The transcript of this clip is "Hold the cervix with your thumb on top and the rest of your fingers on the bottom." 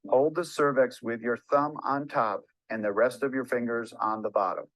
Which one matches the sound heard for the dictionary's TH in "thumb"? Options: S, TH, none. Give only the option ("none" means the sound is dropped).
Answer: TH